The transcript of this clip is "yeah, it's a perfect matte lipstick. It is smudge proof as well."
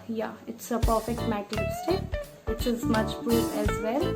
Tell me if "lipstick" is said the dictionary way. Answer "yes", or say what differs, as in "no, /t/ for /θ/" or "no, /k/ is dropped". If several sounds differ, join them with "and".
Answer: no, /p/ is dropped